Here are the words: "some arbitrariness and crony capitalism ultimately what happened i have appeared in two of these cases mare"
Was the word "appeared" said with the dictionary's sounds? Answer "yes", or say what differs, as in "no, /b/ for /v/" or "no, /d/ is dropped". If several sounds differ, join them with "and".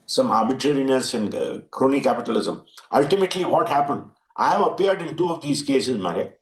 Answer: no, /p/ is dropped